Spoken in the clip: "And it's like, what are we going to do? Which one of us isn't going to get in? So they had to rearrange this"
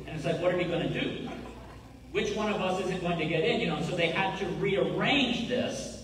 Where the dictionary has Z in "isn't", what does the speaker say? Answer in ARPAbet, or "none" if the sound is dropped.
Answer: Z